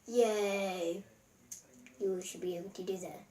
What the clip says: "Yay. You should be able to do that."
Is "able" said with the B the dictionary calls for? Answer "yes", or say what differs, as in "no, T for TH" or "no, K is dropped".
no, B is dropped